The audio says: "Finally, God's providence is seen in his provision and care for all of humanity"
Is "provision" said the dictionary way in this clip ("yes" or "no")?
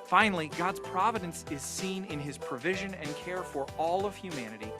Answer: yes